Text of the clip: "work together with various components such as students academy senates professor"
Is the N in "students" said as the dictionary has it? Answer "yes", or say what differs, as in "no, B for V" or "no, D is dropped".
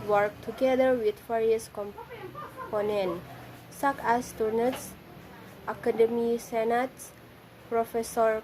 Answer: no, N is dropped